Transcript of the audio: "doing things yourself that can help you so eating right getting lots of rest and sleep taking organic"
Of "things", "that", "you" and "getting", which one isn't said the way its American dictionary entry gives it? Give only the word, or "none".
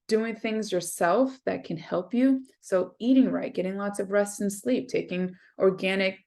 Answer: none